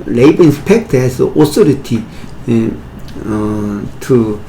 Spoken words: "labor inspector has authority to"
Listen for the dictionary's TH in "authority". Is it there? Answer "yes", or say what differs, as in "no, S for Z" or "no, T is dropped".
no, S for TH